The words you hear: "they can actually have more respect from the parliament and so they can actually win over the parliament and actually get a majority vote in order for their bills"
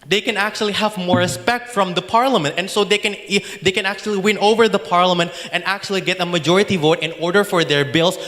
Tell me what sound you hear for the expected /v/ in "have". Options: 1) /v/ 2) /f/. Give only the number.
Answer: 1